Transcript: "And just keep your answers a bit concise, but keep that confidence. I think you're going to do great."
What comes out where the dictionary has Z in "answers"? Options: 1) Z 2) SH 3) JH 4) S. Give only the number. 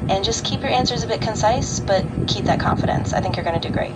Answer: 1